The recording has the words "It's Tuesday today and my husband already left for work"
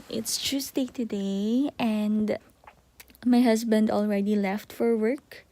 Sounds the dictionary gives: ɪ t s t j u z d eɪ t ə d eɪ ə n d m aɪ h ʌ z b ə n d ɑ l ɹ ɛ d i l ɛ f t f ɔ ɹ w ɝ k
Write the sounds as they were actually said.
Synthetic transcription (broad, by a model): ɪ t s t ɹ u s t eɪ t ə d eɪ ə n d m aɪ h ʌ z b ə n d ɑ l ɹ ɛ d i l ɛ f t f ɔ ɹ w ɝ k